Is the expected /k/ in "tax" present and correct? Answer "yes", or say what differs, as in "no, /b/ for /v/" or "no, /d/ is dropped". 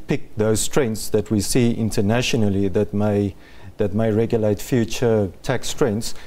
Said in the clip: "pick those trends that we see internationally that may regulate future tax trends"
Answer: yes